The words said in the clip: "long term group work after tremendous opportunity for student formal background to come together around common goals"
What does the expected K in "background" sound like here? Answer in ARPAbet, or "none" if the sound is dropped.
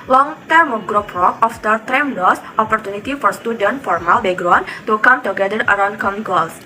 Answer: none